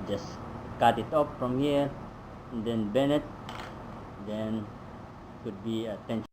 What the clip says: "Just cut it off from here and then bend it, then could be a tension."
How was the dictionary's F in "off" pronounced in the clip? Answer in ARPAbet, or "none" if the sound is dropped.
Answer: P